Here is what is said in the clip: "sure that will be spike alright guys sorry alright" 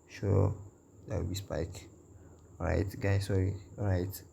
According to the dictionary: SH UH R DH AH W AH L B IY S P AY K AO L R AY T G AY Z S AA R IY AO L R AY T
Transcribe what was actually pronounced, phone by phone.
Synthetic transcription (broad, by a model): SH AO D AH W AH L B IY S P AY K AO R AY T G AY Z S AA R IY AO R AY T